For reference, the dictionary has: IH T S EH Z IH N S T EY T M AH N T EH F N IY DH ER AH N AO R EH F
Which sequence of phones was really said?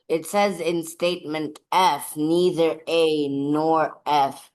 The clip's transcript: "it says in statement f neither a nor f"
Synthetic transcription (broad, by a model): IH T S EH Z IH N S T EY T M AH N T EH F N IY DH ER AH N AO R EH F